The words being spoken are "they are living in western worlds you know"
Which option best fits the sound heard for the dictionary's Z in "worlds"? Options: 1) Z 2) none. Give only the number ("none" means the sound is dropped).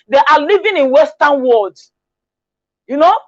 2